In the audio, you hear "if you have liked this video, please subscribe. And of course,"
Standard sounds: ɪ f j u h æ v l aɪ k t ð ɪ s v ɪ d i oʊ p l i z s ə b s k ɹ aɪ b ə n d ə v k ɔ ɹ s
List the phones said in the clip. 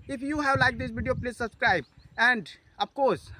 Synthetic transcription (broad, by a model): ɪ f j u h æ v l aɪ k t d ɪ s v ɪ d i oʊ p l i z s ə b s k ɹ aɪ b ə n d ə b k ɔ ɹ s